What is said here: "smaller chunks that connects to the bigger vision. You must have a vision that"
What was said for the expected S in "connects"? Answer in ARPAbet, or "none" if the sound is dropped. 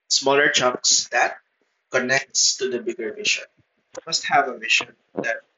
S